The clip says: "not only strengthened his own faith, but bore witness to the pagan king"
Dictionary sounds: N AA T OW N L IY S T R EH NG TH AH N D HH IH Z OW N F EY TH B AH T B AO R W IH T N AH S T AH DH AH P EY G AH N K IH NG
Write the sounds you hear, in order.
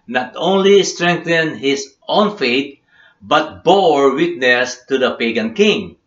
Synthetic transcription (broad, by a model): N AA T OW N L IY S T R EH NG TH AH N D HH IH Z OW N F EY T B AH T B AO R W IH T N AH S T AH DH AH P EY G AH N K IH NG